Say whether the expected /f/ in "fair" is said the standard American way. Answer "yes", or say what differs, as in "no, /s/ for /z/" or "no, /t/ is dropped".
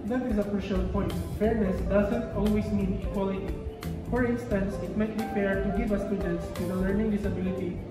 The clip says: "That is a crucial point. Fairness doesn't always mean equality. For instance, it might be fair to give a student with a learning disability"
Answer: no, /p/ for /f/